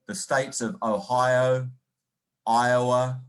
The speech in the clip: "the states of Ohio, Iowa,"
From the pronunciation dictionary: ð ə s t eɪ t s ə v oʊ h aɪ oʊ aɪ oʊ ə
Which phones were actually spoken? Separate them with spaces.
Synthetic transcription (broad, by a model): ð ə s t eɪ t s ə v oʊ h aɪ oʊ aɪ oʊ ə